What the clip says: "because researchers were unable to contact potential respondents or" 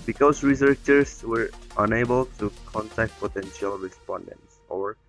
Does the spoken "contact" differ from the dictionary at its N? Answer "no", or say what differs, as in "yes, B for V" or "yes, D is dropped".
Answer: no